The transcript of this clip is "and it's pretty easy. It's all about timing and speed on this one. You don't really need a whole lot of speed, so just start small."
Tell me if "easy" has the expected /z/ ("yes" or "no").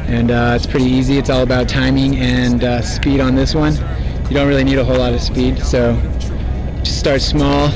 yes